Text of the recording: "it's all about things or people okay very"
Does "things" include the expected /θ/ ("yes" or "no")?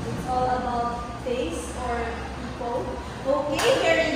no